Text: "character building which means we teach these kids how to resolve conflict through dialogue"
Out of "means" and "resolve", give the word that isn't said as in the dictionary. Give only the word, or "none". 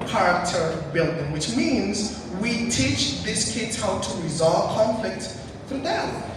none